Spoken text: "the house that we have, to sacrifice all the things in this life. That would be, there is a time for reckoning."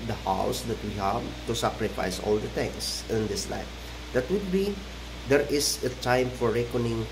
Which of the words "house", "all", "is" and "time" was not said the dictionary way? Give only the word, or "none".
is